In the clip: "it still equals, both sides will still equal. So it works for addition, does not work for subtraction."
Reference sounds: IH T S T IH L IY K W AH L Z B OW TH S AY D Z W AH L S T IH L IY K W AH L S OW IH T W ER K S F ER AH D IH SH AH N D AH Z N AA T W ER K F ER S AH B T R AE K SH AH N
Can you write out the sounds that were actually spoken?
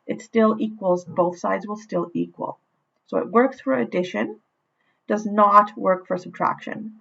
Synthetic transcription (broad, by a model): IH T S T IH L IY K W AH L Z B OW TH S AY D Z W AH L S T IH L IY K W AH L S OW IH T W ER K S F ER AH D IH SH AH N D AH Z N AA T W ER K F ER S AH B T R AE K SH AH N